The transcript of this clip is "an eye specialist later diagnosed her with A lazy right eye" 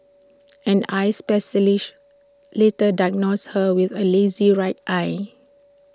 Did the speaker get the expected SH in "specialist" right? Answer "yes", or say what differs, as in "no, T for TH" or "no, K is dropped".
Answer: no, S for SH